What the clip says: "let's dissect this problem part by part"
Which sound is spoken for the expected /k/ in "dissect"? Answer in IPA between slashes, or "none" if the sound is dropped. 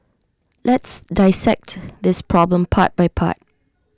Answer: /k/